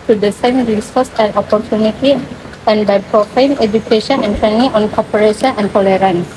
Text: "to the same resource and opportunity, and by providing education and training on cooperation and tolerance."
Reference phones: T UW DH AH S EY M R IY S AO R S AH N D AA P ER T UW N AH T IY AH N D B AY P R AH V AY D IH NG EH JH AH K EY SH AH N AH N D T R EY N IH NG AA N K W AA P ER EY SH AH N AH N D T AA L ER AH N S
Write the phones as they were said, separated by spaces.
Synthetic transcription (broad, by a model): T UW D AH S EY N R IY S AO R S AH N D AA P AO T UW N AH T IY AH N D B AY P R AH F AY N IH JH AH K EY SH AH N AH N D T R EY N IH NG AA N K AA P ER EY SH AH N AH N D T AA L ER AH N S